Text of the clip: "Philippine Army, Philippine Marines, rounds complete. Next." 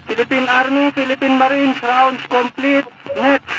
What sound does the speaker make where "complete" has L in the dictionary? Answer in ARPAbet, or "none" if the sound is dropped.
L